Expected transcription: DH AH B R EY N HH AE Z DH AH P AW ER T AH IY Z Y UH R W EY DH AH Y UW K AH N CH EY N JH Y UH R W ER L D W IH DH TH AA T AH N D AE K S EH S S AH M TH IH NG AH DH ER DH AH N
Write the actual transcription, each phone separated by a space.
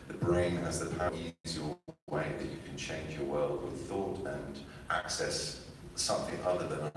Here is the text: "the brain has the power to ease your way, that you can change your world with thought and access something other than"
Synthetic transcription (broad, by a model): DH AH B R EY N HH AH Z DH AH P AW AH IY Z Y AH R W EY DH AH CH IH K AH N CH EY N JH Y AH R W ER L D W IH DH TH AA T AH N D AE K S EH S S AH M TH IH NG AH DH ER DH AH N